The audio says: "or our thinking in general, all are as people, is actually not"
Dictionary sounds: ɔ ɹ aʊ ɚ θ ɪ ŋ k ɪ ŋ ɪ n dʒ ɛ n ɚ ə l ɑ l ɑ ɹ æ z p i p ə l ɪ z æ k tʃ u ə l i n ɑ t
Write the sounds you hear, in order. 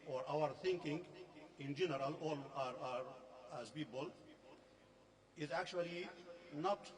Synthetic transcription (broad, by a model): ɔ ɹ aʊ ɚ t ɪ ŋ k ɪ ŋ ɪ n dʒ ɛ n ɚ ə l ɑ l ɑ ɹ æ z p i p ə l ɪ z æ k tʃ u ə l i n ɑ t